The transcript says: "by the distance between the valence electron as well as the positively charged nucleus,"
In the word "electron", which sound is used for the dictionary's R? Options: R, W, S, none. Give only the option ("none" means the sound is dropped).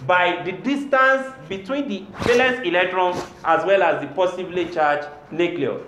R